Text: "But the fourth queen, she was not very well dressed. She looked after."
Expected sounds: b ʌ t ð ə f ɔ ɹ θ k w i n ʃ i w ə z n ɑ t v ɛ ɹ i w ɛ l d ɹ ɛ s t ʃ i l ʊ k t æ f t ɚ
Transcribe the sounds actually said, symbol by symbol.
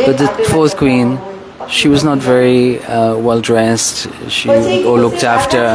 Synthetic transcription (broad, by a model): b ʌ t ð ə f ɔ ɹ θ k w i n ʃ i w ə z n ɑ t v ɛ ɹ i w ɛ l d ɹ ɛ s t ʃ i l ʊ k t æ f t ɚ